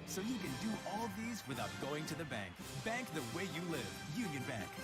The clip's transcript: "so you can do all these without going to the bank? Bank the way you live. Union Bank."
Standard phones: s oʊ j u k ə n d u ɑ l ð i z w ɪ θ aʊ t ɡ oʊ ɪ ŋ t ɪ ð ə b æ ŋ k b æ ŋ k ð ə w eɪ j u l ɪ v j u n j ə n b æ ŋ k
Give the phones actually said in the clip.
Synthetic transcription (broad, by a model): s oʊ j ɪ k ə n d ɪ ɑ l ð i z w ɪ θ aʊ t ɡ oʊ ɪ ŋ t ɪ ð ə b æ ŋ k b æ ŋ k ð ə w eɪ j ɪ l ɪ v j u n j ə n b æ ŋ k